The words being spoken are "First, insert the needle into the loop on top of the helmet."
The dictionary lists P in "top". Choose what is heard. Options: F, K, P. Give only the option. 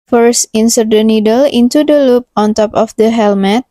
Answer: P